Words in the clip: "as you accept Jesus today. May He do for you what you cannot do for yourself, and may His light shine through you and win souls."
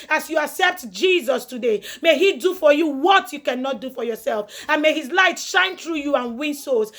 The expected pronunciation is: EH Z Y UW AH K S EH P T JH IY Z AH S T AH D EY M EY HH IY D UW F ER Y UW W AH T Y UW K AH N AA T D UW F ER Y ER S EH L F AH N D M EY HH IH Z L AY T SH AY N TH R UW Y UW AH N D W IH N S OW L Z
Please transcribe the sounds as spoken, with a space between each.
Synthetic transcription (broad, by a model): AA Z Y UW AH K S EH P T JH IY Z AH S T AH D EY M EY HH IY D UW F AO Y UW W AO T Y UW K AH N AA T D UW F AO Y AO S EH L F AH N M EY HH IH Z L AY T SH AY N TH R UW Y UW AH N W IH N S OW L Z